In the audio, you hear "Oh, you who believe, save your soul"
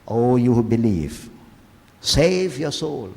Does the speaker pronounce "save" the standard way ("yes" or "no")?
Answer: yes